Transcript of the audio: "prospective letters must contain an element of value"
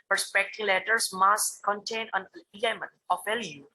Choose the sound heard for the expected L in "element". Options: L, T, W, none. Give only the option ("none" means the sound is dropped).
none